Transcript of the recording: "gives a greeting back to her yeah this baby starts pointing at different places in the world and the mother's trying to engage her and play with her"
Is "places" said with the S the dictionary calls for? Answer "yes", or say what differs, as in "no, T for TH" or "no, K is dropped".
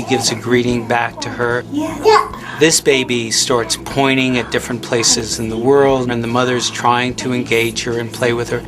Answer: yes